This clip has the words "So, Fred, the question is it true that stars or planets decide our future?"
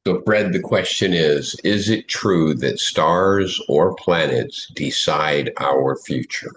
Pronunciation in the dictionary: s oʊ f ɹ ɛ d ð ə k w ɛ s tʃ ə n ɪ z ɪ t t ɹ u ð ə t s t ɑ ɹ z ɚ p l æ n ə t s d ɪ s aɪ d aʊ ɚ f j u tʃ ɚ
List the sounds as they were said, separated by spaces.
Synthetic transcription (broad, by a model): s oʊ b ɹ ɛ d ð ə k w ɛ s tʃ ə n ɪ z ɪ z t ɹ u ð ə t s t ɑ ɹ z ɚ p l æ n ə t s d ɪ s aɪ d aʊ ɚ f j u tʃ ɚ